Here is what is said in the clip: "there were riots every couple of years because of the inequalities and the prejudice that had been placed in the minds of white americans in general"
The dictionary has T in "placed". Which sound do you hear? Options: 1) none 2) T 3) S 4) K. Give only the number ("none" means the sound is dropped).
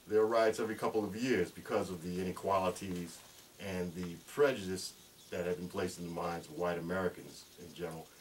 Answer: 2